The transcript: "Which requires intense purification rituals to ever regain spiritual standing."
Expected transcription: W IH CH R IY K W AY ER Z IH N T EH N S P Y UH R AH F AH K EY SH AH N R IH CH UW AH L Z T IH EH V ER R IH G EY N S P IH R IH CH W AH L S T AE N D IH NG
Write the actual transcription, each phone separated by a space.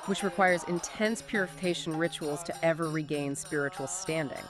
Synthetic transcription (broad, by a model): W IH CH R IY K W AY ER Z IH N T EH N S P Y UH R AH F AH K EY SH N R IH CH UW L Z T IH EH V ER R IH G EY N S P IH R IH CH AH L S T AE N D IH NG